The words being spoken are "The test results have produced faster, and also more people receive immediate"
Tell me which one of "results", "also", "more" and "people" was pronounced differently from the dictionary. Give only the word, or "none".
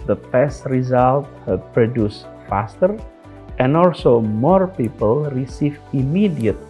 results